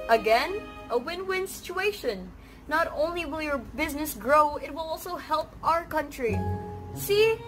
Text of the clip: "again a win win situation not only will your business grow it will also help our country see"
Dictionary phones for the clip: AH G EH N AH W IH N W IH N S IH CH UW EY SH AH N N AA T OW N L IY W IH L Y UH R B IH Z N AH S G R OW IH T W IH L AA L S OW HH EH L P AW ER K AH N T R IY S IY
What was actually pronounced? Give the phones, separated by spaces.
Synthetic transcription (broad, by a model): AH G EH N AH W IH N W IH N S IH CH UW EY SH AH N N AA T OW N L IY W IH L Y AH R B IH Z N AH S G R OW IH T W IH L AA L S OW HH EH L P AW ER K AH N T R IY S IY